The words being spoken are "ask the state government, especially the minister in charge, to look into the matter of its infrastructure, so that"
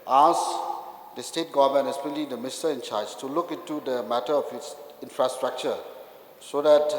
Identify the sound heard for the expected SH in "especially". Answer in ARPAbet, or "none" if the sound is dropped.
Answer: none